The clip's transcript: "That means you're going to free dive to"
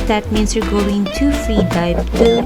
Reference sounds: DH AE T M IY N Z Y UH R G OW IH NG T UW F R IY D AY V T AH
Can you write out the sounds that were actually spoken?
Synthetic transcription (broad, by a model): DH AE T M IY N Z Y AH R G OW IH NG T UW F R IY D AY P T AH